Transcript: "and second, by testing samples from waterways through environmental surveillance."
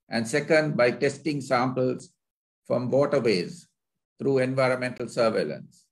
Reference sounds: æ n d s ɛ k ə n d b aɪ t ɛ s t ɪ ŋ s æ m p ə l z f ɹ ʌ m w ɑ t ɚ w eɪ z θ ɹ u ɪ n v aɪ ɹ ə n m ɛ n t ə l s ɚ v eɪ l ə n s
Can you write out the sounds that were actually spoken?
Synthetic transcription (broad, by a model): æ n d s ɛ k ə n d b aɪ t ɛ s t ɪ ŋ s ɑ m p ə l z f ɹ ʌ m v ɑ t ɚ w eɪ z t ɹ u ɪ n v aɪ ɹ ə n m ɛ n t ə l s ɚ v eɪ l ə n s